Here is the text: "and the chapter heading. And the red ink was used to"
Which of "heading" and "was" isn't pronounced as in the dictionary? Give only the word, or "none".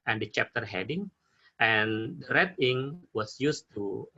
was